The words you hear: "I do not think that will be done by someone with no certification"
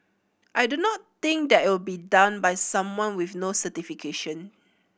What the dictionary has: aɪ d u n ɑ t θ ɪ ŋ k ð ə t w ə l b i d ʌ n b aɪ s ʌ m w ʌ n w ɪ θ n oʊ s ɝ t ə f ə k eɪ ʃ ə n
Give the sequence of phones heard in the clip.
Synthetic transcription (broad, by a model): aɪ d u n ɑ t t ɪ ŋ k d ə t w ə l b i d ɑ n b aɪ s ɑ m w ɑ n w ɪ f n oʊ s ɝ t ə f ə k eɪ ʃ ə n